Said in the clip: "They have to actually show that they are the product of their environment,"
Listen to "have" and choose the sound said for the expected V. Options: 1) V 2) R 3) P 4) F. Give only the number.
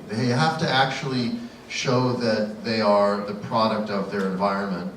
4